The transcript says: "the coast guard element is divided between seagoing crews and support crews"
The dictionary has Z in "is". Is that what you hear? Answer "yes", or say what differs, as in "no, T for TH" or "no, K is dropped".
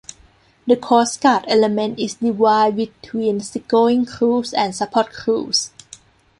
no, S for Z